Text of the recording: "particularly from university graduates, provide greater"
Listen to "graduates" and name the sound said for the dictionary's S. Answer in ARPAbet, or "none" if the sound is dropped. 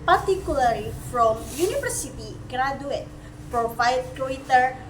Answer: none